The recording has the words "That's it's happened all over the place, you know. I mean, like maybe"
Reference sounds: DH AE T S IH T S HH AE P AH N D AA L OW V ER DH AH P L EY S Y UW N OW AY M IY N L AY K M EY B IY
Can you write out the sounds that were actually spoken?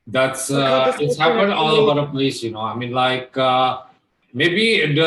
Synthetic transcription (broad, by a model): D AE T S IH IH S HH AE P AH N D AA L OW B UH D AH P L EY S Y UW N OW AY M IY N L AY K M EY B IY